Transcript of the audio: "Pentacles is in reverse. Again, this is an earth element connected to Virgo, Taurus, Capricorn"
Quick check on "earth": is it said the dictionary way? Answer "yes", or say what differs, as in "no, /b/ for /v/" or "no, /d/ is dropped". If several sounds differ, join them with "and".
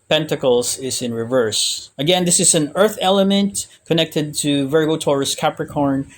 yes